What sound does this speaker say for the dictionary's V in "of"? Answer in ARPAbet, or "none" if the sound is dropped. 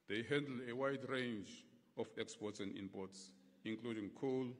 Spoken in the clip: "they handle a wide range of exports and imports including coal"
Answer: F